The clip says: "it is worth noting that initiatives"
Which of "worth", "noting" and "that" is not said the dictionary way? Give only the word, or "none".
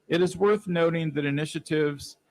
none